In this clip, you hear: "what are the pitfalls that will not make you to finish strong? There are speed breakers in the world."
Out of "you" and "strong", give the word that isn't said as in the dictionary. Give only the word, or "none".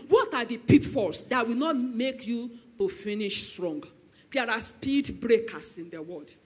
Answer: none